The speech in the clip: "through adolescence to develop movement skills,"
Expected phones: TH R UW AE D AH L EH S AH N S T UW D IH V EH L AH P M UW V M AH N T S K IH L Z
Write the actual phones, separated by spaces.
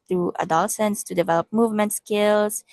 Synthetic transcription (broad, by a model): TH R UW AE D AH L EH S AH N S T UW D IH V EH L AH P M UW V M AH N T S K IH L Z